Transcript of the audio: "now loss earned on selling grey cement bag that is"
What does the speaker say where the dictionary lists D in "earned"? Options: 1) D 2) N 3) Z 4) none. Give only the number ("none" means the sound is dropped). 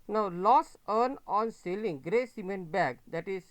4